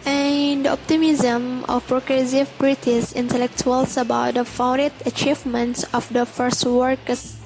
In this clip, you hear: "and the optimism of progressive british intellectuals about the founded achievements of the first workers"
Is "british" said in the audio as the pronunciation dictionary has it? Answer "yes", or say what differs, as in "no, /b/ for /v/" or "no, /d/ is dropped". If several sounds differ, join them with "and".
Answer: no, /s/ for /ʃ/